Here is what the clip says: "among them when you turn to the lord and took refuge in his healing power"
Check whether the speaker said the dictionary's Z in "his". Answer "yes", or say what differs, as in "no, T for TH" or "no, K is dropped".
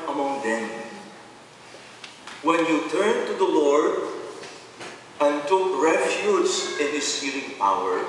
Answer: no, S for Z